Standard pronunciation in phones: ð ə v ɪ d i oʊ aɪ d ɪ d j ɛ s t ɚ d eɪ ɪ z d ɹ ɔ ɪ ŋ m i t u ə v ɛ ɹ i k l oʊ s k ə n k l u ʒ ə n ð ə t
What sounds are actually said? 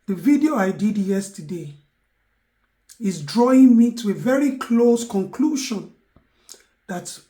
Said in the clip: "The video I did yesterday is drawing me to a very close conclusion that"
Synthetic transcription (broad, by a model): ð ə v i d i oʊ aɪ d ɪ d j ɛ s t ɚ d eɪ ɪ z d ɹ ɔ ɪ ŋ m i t u ə v ɛ ɹ i k l oʊ s k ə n k l u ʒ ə n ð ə t